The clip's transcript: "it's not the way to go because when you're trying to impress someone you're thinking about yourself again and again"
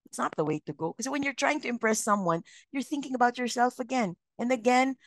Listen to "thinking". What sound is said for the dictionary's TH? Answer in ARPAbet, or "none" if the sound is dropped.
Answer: TH